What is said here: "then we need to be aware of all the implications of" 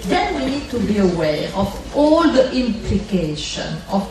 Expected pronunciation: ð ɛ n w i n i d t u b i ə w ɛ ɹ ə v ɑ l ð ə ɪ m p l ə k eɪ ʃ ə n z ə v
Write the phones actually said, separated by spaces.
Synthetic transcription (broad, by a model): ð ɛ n w i n i d t u b i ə w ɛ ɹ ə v ɑ l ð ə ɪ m p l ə k eɪ ʃ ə n ə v